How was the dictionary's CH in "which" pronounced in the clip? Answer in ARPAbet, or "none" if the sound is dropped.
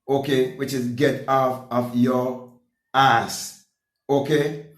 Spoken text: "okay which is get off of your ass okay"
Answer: CH